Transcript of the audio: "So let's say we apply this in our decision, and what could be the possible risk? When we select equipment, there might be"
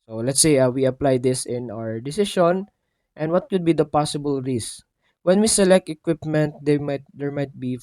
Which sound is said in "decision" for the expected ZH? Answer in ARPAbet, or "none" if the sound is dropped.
SH